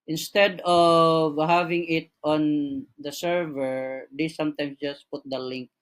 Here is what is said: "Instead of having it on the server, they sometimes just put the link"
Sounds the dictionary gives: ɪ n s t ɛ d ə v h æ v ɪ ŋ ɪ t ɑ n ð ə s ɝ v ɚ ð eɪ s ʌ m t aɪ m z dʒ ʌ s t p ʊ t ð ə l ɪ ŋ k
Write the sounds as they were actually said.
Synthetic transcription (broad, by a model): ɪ n s t ɛ d ə v h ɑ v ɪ ŋ ɪ t ɑ n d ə s ɝ v ɚ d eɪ s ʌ m t aɪ m s dʒ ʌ s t p ʊ t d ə l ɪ ŋ k